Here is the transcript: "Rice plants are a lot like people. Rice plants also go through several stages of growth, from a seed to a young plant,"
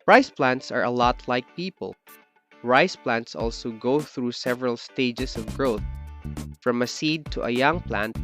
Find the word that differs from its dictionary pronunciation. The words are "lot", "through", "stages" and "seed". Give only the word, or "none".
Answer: stages